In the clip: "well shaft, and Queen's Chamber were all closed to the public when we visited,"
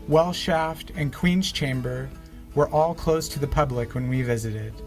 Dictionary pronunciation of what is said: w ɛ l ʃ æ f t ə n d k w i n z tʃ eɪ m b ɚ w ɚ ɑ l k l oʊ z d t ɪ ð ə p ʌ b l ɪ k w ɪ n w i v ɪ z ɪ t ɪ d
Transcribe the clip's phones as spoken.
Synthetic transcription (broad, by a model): w ɛ l ʃ æ f t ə n k w i n z tʃ eɪ m b ɚ w ɚ ɑ l k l oʊ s t ɪ ð ə p ʌ b l ɪ k w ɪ n w i v ɪ z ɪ t ɪ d